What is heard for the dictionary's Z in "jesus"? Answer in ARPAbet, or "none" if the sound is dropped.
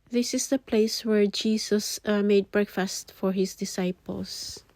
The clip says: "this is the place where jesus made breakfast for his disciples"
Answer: S